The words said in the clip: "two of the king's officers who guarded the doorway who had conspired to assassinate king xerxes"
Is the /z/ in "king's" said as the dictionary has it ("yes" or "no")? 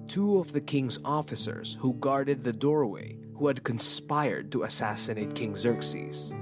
yes